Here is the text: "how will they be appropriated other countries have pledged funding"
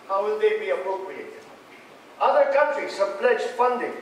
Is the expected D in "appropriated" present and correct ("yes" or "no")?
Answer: no